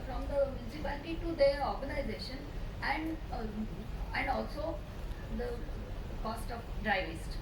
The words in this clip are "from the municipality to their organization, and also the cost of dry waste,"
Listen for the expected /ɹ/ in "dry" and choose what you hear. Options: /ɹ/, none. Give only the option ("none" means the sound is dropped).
/ɹ/